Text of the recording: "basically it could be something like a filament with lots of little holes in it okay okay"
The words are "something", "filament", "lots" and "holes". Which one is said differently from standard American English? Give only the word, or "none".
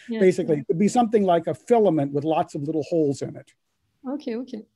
none